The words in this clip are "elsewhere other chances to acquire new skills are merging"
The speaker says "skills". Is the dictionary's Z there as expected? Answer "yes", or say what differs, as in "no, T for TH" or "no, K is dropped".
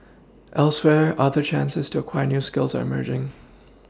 yes